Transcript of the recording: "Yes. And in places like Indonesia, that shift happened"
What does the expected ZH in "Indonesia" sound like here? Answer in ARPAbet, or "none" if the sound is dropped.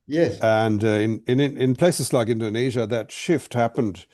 ZH